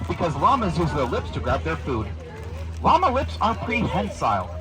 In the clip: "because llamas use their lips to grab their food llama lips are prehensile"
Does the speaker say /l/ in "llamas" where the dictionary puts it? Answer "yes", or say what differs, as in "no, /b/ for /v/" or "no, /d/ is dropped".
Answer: yes